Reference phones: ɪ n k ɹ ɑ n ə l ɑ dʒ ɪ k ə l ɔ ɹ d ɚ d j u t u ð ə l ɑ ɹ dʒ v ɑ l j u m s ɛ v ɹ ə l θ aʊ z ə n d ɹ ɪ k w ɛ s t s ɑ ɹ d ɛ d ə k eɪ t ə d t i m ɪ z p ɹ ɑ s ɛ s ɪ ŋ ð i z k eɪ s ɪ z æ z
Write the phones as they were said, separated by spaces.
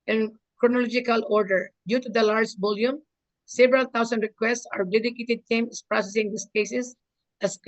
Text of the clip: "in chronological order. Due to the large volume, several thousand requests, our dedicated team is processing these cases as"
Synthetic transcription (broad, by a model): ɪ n k ɹ ɑ n ə l ɑ dʒ ɪ k ə l ɔ ɹ d ɚ d j u t u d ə l ɑ ɹ dʒ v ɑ l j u m s ɛ v ɹ ə l t aʊ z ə n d ɹ ɪ k w ɛ s t s ɑ ɹ d ɛ d ə k eɪ t ə d t i m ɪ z p ɹ ɑ s ɛ s ɪ ŋ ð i s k eɪ s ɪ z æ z